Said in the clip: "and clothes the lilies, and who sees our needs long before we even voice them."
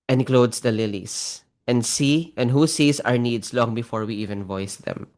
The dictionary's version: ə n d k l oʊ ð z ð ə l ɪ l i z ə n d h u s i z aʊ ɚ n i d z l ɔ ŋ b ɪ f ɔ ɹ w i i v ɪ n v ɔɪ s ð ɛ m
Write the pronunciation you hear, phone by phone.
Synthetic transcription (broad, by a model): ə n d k l oʊ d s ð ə l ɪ l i s ə n d h u s i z aʊ ɚ n i d s l ɔ ŋ b ɪ f ɔ ɹ w i i v ɪ n v ɔɪ s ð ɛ m